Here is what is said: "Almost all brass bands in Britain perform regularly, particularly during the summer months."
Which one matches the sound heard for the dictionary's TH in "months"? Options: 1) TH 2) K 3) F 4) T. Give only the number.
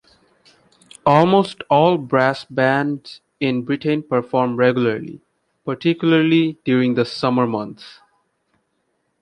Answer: 4